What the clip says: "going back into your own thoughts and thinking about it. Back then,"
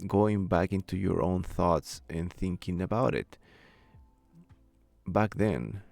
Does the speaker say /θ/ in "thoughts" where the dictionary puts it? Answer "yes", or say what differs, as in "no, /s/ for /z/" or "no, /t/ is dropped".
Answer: yes